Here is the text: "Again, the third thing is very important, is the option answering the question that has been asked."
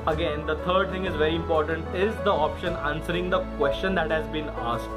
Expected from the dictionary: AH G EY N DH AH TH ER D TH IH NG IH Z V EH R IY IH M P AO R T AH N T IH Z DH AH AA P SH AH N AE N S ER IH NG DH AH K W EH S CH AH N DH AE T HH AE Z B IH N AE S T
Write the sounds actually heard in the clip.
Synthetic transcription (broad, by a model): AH G EY N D AH T ER D T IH NG IH Z V EH R IY IH M P AO R T AH N T IH Z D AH AA P SH AH N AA N S ER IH NG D AH K W EH S CH AH N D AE T HH AE Z B IH N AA S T